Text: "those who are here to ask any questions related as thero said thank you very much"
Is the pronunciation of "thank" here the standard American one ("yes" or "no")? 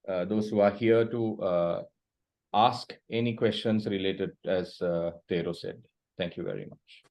no